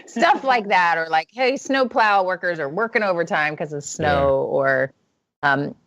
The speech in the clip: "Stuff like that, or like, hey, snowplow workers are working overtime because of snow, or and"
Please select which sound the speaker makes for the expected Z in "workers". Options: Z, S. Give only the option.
Z